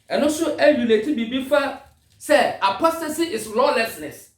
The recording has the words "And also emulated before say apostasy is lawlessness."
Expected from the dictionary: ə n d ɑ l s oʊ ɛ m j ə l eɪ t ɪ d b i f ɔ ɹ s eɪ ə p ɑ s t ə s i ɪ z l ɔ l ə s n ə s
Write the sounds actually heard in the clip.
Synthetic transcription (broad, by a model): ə n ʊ s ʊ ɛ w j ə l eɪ t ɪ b b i f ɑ s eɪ ə p ɑ s t ə s i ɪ s l ɔ l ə s n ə s